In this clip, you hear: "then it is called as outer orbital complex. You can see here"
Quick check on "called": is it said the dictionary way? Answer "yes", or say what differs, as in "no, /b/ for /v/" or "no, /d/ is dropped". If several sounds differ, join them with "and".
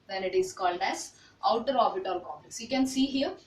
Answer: yes